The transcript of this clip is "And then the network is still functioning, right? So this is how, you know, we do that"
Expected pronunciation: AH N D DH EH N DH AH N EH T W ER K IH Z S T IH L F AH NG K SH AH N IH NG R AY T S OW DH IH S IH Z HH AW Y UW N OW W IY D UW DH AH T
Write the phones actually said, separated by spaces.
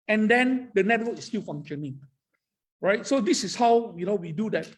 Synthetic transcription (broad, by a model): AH N D EH N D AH N EH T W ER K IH S T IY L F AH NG SH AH N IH NG R AY T S OW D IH S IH S HH AW Y UW N OW W IY D UW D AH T